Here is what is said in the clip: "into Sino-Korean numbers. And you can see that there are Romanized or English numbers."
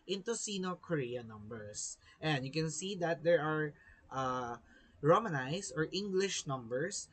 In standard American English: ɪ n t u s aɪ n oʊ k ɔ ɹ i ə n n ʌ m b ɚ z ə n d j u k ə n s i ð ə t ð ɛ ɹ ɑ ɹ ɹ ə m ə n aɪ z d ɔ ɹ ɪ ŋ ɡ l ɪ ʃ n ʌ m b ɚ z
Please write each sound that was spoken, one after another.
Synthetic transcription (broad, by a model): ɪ n t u s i n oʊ k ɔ ɹ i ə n n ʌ m b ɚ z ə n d j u k ə n s i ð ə t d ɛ ɹ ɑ ɹ ɹ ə m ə n aɪ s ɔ ɹ ɪ ŋ ɡ l ɪ ʃ n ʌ m b ɚ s